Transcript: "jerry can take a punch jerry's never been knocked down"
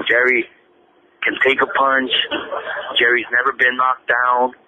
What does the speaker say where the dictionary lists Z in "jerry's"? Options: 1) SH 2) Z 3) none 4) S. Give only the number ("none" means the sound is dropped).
2